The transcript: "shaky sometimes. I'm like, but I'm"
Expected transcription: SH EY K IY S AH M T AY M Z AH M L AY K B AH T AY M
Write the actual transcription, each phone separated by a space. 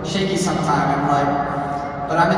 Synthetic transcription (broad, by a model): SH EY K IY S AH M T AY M AH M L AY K B AH T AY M